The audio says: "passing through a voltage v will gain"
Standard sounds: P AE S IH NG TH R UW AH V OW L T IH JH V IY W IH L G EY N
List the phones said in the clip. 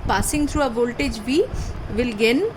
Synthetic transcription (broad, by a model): P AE S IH NG T R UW AH V OW L T IH JH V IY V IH L G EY N